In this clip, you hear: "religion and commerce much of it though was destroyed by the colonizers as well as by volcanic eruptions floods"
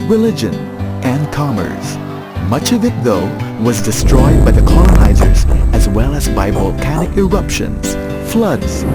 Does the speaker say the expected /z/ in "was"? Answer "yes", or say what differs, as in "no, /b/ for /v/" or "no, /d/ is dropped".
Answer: yes